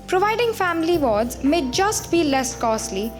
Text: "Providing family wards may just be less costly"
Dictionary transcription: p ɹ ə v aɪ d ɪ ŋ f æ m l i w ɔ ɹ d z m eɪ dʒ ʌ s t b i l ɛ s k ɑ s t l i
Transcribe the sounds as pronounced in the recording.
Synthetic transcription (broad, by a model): p ɹ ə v aɪ d ɪ ŋ f æ m l i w ɔ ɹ d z m eɪ dʒ ʌ s t b i l ɛ s k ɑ s l i